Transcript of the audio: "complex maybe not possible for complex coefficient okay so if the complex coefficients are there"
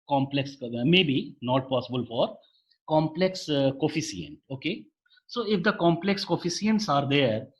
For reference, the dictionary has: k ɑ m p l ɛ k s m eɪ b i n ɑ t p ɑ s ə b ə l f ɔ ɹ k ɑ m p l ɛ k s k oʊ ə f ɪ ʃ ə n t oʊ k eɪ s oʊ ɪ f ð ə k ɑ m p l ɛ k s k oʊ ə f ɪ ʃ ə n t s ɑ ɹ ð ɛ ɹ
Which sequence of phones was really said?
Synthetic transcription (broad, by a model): k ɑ m p l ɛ k s m eɪ b i n ɑ t p ɑ s ə b ə l f ɔ ɹ k ɑ m p l ɛ k s k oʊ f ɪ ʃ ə n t oʊ k eɪ s oʊ ɪ f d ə k ɑ m p l ɛ k s k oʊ f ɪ s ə n t s ɑ ɹ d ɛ ɹ